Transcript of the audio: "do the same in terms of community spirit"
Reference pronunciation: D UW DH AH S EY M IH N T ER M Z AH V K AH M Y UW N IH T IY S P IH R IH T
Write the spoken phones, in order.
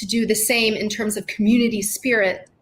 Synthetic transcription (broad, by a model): D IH DH AH S EY M IH N T ER M Z AH V K M Y UW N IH T IY S P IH R IH T